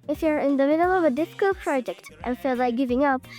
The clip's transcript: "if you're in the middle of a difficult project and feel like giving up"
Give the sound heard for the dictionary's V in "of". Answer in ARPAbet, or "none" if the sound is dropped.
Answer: V